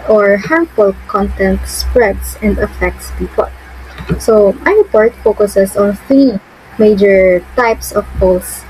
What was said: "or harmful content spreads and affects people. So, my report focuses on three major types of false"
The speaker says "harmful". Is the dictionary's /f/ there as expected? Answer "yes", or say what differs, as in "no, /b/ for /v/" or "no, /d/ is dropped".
no, /p/ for /f/